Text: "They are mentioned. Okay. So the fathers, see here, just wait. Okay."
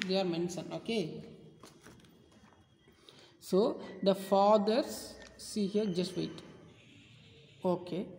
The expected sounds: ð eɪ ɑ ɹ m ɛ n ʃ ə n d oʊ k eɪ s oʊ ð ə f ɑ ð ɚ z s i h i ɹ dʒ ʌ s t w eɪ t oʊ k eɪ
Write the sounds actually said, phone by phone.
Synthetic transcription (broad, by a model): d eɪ ɑ ɹ m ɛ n s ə n oʊ k eɪ s oʊ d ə f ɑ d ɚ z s i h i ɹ dʒ ʌ s t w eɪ t oʊ k eɪ